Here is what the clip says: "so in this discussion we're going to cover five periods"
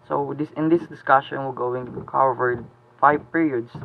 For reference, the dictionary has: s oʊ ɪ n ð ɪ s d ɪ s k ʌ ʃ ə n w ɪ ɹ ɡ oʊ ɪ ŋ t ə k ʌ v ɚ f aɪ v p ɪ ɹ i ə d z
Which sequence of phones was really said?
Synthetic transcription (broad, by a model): s oʊ ɪ n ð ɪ s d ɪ s k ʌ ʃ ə n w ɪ l ɡ oʊ ɪ ŋ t k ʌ v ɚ f aɪ v p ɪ ɹ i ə d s